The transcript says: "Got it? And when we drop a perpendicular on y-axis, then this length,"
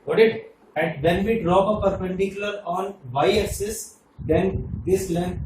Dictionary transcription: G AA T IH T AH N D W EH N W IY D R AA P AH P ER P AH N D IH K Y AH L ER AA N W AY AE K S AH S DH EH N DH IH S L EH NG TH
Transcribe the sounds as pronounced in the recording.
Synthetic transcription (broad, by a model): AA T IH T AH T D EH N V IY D R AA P AH P ER P AH N D IH K Y AH L ER AA N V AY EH S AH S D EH N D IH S L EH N